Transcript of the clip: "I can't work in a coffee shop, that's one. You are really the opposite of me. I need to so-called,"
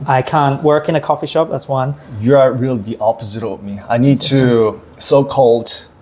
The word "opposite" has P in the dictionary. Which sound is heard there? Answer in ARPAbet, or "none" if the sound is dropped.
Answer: P